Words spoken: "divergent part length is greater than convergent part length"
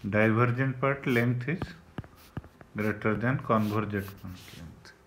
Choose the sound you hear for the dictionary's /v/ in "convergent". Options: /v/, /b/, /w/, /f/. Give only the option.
/b/